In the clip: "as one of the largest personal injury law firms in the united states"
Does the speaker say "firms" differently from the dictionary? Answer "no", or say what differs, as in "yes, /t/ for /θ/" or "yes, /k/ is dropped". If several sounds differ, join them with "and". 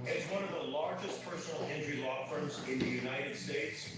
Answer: no